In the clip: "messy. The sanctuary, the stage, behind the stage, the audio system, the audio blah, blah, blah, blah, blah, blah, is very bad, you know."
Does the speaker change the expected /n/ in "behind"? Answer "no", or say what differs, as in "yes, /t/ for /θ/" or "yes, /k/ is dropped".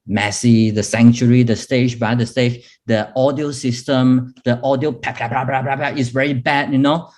yes, /n/ is dropped